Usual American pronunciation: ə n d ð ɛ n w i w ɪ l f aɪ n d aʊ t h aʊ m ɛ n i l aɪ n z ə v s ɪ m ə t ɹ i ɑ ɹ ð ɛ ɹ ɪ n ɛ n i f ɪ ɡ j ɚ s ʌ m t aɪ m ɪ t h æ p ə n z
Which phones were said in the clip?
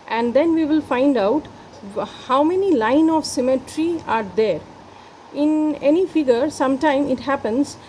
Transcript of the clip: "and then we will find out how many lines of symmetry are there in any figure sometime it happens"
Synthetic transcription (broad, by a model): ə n d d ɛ n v i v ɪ l f aɪ n d aʊ t h aʊ m ɛ n i l aɪ n ə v s ɪ m ə t ɹ i ɑ ɹ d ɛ ɹ ɪ n ɛ n i f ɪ ɡ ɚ s ʌ m t aɪ m ɪ t h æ p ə n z